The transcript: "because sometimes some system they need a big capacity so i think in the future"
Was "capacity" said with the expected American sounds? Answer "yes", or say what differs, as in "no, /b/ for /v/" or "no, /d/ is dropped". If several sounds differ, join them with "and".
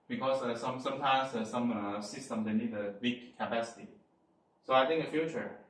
yes